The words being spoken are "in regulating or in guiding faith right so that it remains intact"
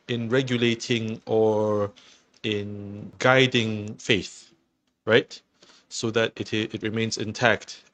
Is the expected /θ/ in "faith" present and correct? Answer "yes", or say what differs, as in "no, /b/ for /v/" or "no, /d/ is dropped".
yes